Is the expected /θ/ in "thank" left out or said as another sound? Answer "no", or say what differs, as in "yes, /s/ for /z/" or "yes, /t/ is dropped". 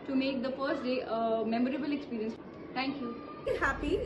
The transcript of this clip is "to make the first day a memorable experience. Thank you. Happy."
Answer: yes, /t/ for /θ/